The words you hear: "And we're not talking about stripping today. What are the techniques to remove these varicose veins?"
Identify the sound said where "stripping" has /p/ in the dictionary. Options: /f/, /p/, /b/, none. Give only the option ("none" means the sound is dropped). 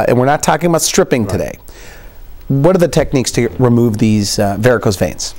/p/